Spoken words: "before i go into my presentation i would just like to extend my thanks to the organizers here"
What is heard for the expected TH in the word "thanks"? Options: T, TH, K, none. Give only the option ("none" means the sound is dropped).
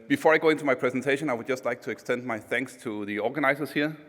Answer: TH